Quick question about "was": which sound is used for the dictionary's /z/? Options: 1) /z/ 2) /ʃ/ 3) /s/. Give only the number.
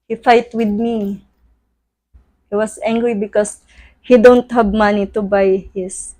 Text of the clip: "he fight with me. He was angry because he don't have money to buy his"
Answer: 3